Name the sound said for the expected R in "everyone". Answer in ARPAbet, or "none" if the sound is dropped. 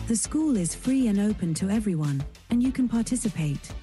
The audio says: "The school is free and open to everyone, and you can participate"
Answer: R